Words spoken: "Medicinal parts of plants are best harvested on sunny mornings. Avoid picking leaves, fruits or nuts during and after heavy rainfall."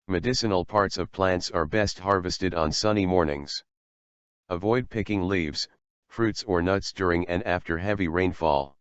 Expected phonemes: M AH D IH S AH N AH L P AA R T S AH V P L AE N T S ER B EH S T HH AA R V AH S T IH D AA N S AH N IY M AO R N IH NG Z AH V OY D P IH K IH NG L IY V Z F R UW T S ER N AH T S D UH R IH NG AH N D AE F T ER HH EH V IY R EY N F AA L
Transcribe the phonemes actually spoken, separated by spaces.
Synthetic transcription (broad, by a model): M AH D IH S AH N L P AA R T S AH V P L AE N T S ER B EH S T HH AA R V AH S T IH D N S AH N IY M AO R N IH NG Z AH V OY D P IH K IH NG L IY V Z F R UW T S ER N AH T S D UH R IH NG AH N AE F T ER HH EH V IY R EY N F AA L